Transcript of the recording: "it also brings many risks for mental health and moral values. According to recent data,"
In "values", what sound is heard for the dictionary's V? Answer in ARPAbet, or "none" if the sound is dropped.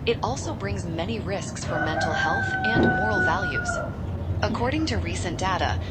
V